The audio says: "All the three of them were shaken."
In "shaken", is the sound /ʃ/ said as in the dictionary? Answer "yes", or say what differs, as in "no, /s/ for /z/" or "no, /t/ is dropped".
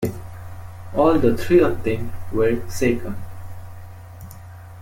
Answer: no, /s/ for /ʃ/